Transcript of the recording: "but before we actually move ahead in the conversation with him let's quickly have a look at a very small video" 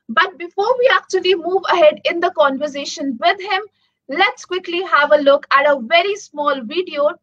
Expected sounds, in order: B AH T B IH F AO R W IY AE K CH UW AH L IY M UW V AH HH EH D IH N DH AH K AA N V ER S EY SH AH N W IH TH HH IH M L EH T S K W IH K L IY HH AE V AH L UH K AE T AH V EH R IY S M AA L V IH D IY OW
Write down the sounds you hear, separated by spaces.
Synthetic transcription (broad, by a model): B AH T B IH F AO R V IY AE K CH UW AH L IY M UW V AH HH EH D IH N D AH K AA N V ER S EY SH AH N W IH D HH IH M L EH T S K W IH K L IY HH AE V AH L UH K AE T AH V EH R IY S M AA L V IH D IY OW